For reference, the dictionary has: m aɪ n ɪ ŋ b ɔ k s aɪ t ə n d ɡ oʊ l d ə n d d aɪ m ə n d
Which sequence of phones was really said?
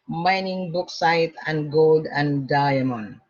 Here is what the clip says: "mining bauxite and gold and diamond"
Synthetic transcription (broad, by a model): m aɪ n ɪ ŋ b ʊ k s aɪ t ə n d ɡ oʊ l d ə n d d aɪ m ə n